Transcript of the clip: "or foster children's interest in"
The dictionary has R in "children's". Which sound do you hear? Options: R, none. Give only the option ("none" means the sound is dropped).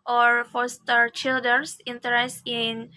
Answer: none